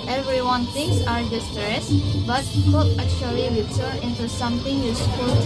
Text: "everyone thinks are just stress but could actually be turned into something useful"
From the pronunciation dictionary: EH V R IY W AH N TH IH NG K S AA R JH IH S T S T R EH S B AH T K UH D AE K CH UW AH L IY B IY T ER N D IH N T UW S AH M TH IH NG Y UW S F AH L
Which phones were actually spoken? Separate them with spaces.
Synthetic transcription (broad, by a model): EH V R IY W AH N T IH NG S AA R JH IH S S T R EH S B AH T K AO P AE K CH UW AH L IY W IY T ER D IH N T UW S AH M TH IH NG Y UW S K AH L